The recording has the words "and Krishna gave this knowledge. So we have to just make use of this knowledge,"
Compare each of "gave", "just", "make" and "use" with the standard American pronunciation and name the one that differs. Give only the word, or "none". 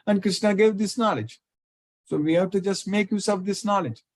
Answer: none